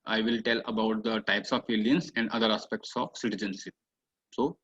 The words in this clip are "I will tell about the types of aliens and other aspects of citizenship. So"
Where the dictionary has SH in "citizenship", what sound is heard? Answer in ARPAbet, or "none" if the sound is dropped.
S